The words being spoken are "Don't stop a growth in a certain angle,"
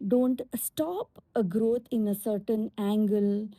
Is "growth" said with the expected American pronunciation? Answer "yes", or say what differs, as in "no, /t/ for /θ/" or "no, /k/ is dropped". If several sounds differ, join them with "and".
no, /t/ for /θ/